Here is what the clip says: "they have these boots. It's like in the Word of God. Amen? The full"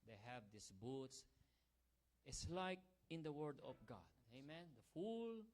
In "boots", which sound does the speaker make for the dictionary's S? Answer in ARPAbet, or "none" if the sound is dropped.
S